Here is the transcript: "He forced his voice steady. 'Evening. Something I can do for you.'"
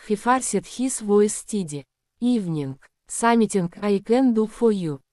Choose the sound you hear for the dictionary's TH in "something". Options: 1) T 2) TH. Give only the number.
1